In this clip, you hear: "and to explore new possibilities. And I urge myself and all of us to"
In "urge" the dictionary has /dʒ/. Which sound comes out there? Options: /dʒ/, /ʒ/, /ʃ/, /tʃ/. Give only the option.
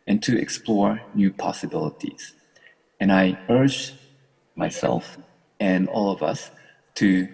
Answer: /dʒ/